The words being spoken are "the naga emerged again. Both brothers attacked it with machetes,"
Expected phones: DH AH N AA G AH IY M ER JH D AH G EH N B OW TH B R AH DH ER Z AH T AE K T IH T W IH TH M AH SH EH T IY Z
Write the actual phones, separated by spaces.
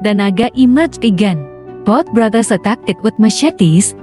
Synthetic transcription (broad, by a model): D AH N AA G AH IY M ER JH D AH G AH N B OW T B R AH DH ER S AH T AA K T IH T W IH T M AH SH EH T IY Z